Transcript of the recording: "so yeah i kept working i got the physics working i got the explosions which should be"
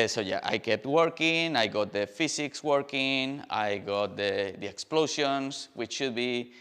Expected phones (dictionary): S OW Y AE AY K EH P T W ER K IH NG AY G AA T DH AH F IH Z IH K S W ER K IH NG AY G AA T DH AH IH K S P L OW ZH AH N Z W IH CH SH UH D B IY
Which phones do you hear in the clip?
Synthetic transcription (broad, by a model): S OW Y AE AY K EH P T W ER K IH NG AY G AA T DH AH F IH S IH K S W ER K IH NG AY G AA T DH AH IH K S P L OW S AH N S W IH CH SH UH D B IY